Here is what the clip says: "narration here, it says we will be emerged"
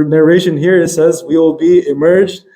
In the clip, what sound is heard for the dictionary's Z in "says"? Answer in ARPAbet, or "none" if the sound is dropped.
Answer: Z